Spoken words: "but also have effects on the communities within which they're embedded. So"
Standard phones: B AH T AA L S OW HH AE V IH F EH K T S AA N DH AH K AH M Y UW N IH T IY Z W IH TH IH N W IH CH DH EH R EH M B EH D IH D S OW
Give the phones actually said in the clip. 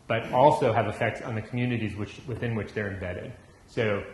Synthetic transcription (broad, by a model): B AH T AA L S OW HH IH V IH F EH K T S N DH AH K M Y UW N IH T IY Z W IH TH IH N W IH CH DH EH R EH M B EH D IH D S OW